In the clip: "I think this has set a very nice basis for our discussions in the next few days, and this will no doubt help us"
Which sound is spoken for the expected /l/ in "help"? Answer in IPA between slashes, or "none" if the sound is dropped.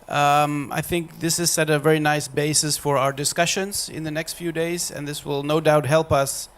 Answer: /l/